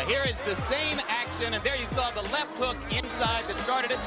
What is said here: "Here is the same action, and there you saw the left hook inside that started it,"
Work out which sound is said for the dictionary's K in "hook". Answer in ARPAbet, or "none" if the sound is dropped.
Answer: K